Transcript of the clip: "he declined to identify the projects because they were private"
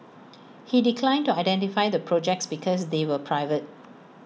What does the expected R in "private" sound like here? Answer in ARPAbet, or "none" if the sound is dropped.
R